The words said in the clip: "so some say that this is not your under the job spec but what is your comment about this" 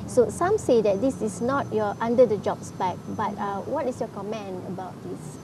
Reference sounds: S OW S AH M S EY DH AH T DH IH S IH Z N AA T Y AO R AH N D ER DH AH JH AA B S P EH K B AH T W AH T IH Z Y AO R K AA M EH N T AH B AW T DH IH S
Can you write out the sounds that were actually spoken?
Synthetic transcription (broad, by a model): S OW S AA M S EY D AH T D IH S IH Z N AA T Y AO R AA N D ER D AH JH AA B S B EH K B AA T W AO T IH S Y AO K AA M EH N AH B AW T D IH S